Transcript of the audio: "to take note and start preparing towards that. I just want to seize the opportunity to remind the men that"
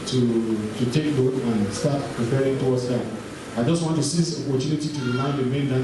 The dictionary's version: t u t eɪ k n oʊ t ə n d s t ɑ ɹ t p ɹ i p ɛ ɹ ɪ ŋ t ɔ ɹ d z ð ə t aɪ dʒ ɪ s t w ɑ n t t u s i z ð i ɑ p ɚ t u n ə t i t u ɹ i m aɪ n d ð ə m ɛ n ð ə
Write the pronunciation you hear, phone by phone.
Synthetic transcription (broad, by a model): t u t eɪ k l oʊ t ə n s t ɑ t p ɹ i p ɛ ɹ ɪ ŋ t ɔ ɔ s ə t aɪ dʒ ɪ s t w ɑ n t t u s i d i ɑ p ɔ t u n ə t i t u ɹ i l aɪ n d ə m ɛ n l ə